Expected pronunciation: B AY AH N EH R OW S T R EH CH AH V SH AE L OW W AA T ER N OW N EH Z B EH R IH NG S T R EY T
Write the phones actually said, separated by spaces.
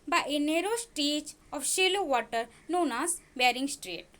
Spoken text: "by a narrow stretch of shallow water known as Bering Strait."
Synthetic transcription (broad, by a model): B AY AH N EH R OW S T EH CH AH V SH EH L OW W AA T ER N OW N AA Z B EH R IH NG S T R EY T